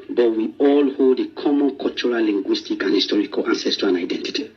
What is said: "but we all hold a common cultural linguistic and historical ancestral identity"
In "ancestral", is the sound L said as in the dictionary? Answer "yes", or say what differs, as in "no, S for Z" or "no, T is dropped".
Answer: no, N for L